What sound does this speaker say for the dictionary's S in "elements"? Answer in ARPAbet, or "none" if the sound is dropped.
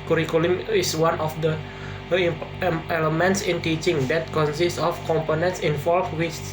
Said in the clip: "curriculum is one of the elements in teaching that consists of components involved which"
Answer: S